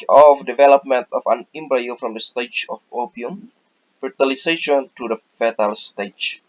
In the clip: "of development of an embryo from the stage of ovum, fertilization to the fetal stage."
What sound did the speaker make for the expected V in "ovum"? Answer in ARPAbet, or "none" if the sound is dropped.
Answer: P